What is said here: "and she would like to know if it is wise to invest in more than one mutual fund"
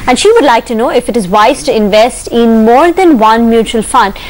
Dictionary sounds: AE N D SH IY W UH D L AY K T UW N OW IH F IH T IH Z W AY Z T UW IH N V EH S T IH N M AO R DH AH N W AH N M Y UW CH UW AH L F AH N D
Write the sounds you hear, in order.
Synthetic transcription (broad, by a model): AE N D SH IY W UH D L AY K T UW N OW IH F IH T IH Z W AY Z T UW IH N V EH S T IH N M AO R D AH N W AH N M Y UW CH UW AH L F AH N D